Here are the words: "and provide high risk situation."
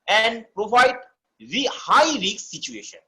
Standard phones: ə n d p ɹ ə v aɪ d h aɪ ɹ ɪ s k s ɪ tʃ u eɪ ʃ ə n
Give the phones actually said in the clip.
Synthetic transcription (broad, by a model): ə n d p ɹ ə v aɪ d h aɪ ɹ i k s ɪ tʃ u eɪ ʃ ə n